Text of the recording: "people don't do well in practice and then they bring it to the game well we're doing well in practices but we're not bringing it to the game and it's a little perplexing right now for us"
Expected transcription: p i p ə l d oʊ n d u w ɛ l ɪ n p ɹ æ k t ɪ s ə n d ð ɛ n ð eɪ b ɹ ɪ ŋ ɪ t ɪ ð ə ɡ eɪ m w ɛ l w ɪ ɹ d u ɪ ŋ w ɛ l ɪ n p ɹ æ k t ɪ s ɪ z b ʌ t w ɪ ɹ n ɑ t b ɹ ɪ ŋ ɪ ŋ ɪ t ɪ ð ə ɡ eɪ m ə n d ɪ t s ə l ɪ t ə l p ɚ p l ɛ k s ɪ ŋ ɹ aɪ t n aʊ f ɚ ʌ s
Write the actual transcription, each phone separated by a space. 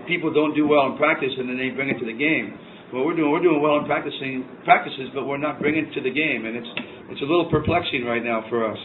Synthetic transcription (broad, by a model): p i p l d oʊ n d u w ɛ l ɪ n p ɹ æ k t ɪ s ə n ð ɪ n ð eɪ b ɹ ɪ ŋ ɪ t ɪ ð ə ɡ eɪ m w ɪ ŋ w ɪ ɹ d u ɪ ŋ w ɛ l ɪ n p ɹ æ k t ɪ s ɪ z b ʌ t w ɪ ɹ n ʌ t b ɹ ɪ ɪ ŋ ɪ t ɪ ð ə ɡ eɪ m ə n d ɪ t s ə l ɪ t l p ɚ p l ɛ k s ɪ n ɹ aɪ t n aʊ f ɚ ʌ s